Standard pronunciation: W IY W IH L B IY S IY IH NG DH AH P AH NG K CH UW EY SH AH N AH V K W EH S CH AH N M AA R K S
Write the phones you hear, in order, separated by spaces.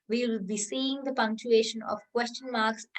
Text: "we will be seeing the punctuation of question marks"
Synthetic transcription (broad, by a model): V IY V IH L B IY S IY IH NG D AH P AH NG K CH UW EY SH AH N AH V K W EH S CH AH N M AA R K S